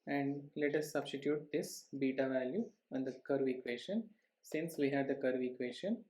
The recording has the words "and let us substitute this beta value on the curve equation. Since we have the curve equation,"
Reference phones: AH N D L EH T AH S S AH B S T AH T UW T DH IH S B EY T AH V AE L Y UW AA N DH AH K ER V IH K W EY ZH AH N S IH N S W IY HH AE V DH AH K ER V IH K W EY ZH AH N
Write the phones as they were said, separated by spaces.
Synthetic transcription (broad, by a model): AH N D L EH T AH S S AH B S T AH T UW T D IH S B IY T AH V AE L Y UW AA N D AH K ER V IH K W EY SH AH N S IH N S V IY HH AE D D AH K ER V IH K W EY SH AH N